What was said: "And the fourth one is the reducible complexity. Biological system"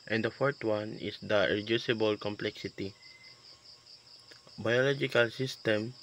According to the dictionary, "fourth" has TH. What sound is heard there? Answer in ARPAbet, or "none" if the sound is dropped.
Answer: T